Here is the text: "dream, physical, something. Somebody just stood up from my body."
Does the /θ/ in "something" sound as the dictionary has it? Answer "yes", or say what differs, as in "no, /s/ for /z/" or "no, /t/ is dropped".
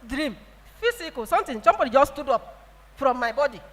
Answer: no, /t/ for /θ/